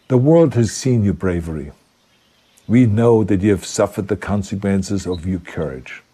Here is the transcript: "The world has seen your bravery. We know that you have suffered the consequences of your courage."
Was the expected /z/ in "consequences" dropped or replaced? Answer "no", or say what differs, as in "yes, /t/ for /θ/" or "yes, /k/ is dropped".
no